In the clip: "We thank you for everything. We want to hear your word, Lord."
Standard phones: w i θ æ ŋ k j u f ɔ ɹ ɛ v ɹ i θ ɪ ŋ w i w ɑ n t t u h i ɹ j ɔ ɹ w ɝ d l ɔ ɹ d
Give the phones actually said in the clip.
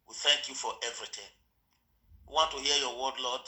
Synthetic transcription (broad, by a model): w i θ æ ŋ k j u f ɔ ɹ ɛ v ɹ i t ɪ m w i w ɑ n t t u h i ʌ j ɔ w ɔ d l ɔ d